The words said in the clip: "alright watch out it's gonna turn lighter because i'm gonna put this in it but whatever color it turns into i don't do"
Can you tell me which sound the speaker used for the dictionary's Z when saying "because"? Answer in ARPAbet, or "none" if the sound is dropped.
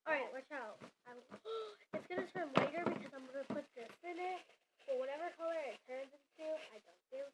Z